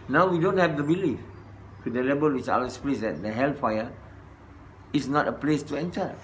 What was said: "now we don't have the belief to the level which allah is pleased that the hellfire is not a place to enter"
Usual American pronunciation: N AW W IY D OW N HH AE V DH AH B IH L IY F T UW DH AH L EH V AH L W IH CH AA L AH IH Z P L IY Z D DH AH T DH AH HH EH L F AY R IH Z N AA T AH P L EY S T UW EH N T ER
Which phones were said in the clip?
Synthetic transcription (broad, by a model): N AW W IY D OW N HH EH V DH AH B IH L IY F T UW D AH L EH B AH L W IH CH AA AH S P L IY S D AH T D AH HH EH L F AY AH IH S N AA T AH P L EY S T UW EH N T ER